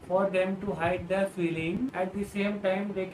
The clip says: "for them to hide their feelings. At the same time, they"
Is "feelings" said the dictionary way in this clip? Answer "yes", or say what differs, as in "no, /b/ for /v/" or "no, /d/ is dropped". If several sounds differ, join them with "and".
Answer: no, /z/ is dropped